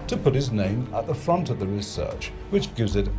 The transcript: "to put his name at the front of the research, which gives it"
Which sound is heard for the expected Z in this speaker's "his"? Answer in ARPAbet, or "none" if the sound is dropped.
Z